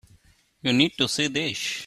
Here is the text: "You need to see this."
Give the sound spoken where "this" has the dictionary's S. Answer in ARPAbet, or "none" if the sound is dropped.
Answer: SH